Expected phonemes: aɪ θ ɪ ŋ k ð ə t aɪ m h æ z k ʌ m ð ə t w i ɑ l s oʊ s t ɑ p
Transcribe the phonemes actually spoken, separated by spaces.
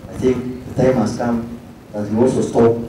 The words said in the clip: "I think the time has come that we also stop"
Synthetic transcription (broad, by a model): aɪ θ ɪ ŋ k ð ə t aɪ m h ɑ s k ʌ m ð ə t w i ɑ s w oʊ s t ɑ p